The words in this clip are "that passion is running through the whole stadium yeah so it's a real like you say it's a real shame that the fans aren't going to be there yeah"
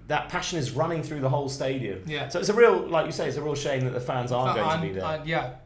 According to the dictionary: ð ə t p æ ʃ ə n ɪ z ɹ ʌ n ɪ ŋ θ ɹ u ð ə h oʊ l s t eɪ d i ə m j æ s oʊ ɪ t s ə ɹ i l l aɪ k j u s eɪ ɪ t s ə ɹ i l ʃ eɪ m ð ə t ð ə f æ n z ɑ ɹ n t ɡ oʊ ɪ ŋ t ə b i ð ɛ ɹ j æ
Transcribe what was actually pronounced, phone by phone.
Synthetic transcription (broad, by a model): ð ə t p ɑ ʃ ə n ɪ z ɹ ʌ n ɪ ŋ θ ɹ u ð ə h oʊ l s t eɪ d i ə m j æ s oʊ ɪ t s ə ɹ i l l aɪ k j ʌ s eɪ ɪ t s ə ɹ i l ʃ eɪ m ð ə t ð ə f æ n z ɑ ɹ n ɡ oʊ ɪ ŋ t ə b i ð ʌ j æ